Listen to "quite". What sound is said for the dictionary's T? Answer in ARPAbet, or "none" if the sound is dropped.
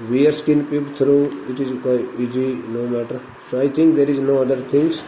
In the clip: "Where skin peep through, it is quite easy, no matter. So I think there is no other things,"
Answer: none